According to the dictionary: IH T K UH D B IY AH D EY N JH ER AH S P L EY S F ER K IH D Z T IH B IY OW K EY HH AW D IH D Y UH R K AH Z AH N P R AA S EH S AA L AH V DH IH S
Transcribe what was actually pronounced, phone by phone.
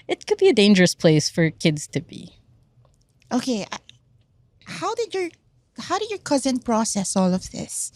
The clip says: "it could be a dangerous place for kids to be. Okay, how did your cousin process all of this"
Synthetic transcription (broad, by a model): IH T K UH D B IY AH D EY N JH ER AH S P L EY S F ER K IH D Z T IH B IY OW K EY HH AW D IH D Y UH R K AH Z AH N P R AA S EH S AA L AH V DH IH S